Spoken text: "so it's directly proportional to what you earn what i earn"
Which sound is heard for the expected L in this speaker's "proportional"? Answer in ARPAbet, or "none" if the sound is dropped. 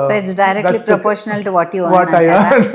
L